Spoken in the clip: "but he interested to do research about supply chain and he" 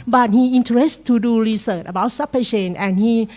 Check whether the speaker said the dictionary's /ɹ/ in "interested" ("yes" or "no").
no